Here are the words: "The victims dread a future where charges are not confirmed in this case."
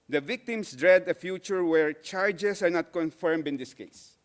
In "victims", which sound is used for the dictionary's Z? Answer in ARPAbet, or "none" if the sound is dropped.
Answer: S